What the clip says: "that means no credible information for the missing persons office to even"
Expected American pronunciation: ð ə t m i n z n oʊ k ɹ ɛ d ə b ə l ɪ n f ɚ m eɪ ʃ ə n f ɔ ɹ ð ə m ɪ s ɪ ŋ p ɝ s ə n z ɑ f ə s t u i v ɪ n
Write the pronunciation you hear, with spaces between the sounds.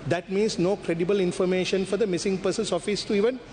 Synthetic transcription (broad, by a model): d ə t m i n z n oʊ k ɹ ɛ d ə b ə l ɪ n f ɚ m eɪ ʃ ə n f ɔ ɹ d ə m ɪ s ɪ ŋ p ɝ s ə n s ɑ f ə s t u i v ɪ n